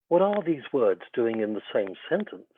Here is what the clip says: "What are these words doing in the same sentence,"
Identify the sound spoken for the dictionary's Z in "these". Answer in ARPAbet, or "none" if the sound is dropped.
Z